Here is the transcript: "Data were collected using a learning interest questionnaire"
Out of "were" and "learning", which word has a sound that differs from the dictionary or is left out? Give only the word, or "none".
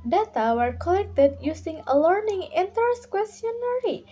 none